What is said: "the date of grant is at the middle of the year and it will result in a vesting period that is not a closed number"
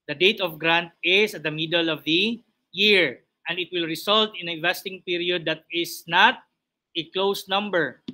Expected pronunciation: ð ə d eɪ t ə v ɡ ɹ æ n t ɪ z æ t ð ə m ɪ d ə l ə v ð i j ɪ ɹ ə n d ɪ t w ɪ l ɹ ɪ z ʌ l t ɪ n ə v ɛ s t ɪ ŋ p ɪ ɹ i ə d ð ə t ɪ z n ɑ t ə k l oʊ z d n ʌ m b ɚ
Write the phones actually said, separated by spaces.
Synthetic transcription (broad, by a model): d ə d eɪ t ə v ɡ ɹ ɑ n t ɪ s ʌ t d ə m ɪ d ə l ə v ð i j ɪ ɹ ə n d ɪ t w ɪ l ɹ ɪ s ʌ l t ɪ n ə v ɛ s t ɪ ŋ p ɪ ɹ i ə d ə t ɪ s n ɑ t ə k l oʊ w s n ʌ m b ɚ